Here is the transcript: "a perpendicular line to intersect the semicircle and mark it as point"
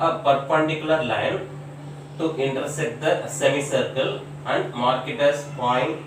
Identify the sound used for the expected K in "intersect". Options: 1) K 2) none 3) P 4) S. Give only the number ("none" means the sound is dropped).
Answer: 2